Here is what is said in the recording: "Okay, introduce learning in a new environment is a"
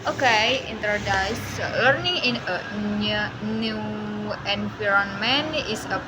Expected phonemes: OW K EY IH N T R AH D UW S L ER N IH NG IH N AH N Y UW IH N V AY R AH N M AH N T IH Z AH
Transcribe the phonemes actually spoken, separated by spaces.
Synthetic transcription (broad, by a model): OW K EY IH N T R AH D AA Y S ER N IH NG IH N AH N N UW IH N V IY R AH N M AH N IH S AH